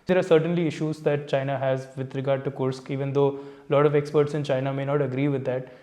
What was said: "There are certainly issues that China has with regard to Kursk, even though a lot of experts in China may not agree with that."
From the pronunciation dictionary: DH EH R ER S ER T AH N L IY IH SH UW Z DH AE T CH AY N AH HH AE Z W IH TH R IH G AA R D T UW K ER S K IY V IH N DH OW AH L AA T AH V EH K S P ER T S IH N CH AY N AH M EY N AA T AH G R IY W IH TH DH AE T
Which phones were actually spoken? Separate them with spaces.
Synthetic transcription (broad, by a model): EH R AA S ER T AH N L IY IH SH UW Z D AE T CH AY N AH HH AE Z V IH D R IH G AA R D T UW K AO S K IY V IH N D OW L AA T AH V EH K S P ER T S IH N CH AY N AH M EY N AA T AH G R IY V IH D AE T